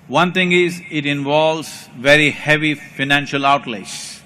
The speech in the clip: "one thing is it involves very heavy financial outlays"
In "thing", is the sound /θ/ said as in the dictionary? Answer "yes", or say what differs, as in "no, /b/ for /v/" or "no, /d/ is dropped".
no, /t/ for /θ/